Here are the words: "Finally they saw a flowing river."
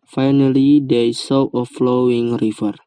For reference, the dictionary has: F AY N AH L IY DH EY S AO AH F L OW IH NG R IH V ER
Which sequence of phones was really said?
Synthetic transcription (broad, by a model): F AY N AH L IY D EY S AO AH F L OW IH NG R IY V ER